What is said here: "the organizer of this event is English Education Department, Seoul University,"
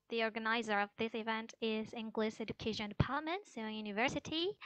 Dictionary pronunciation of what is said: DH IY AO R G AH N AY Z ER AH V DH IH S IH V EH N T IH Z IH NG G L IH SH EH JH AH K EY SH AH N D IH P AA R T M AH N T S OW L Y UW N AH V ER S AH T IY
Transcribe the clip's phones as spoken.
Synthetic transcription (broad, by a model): DH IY AO R G AH N AY Z ER AH V DH IH S IH V EH N T IH Z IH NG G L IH S EH JH AH K EY SH AH N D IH P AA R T M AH N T S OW N Y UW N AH V ER S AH T IY